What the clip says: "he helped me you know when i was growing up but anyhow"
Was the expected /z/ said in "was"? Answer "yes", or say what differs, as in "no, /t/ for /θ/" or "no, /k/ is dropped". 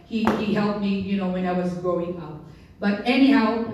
yes